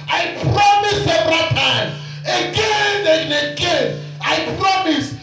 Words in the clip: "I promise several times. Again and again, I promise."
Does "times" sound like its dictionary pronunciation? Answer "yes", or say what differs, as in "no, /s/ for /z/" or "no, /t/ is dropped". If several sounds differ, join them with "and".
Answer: no, /z/ is dropped